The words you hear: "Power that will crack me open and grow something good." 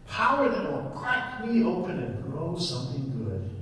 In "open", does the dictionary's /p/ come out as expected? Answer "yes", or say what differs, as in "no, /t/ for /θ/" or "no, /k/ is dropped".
yes